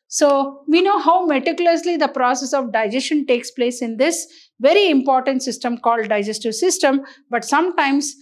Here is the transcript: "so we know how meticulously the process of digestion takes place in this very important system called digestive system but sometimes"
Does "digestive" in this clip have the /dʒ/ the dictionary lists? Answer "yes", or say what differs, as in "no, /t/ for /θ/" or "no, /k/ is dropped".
yes